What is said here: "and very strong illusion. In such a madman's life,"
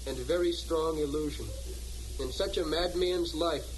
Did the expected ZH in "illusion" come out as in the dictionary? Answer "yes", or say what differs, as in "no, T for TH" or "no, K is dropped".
yes